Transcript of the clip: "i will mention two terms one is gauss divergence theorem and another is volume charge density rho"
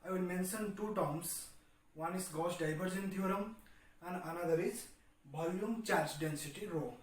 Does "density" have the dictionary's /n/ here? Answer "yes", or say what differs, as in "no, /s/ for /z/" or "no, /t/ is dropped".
yes